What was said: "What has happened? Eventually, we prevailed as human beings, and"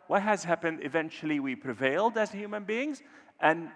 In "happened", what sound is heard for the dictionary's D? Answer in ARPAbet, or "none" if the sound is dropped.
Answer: D